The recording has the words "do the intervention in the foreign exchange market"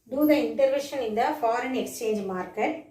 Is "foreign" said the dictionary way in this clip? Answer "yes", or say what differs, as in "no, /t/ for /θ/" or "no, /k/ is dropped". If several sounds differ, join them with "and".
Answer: yes